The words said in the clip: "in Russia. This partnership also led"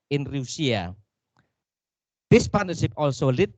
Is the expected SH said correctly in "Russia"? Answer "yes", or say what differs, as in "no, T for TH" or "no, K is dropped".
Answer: no, S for SH